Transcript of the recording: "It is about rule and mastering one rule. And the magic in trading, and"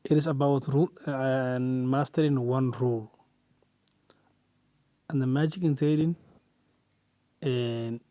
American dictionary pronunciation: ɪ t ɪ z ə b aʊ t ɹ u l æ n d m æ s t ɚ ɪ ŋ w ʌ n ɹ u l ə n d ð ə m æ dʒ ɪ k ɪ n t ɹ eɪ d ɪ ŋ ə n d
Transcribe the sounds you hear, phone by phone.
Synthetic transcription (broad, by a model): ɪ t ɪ s ə b aʊ t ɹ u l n m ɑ s t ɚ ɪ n w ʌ n ɹ u l ə n d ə m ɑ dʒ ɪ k ɪ n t eɪ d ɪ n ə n